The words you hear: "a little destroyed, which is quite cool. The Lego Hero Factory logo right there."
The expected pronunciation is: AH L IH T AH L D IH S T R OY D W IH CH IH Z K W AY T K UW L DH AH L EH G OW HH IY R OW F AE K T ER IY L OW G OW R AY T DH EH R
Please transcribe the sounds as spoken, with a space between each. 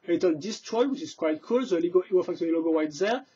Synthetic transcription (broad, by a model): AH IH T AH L D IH S T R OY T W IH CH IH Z K W AY T K UW L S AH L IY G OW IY W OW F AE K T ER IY L OW G OW W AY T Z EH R